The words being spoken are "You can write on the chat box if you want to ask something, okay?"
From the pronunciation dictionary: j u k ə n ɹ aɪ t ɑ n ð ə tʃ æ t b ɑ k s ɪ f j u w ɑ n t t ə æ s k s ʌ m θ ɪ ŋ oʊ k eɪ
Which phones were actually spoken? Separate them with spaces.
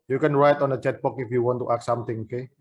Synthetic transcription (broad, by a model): j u k ə n ɹ aɪ t ɑ n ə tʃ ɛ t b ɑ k ɪ f j u w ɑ n t t ə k s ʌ m t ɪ ŋ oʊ k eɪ